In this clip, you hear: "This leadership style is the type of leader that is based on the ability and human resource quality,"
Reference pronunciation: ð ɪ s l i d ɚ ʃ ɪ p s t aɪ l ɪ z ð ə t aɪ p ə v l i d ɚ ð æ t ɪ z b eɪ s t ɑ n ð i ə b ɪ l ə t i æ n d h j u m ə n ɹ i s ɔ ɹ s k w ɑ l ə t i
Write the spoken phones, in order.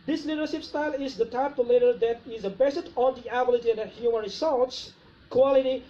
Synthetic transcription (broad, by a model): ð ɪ s l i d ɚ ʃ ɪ p s t aɪ l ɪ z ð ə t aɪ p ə l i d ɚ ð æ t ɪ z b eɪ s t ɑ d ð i ə b ɪ l ə t i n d h j u m ə n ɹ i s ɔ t s k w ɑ l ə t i